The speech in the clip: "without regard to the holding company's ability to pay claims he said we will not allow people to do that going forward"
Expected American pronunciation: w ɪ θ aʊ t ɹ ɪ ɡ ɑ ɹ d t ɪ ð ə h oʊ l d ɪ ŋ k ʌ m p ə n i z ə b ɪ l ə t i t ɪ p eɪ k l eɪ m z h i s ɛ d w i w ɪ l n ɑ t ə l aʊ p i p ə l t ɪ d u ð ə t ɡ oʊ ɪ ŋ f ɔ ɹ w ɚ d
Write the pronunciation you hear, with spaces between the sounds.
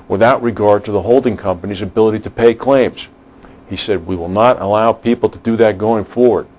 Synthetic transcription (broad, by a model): w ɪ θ aʊ t ɹ ɪ ɡ ɑ ɹ d t ɪ ð ə h oʊ l d ɪ ŋ k ʌ m p ə n i z ə b ɪ l ə t i t ɪ p eɪ k l eɪ m z h i s ɛ d w i w ɪ l n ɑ t ə l aʊ p i p l t ɪ d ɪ ð ə t ɡ oʊ ɪ ŋ f ɔ ɹ w ɚ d